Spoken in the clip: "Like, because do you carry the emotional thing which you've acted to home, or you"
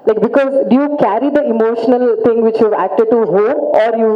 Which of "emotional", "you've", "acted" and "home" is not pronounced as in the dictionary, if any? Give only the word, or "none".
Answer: home